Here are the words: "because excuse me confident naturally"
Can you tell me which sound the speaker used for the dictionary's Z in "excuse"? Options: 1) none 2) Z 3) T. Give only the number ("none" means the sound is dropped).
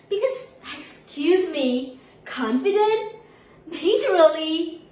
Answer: 2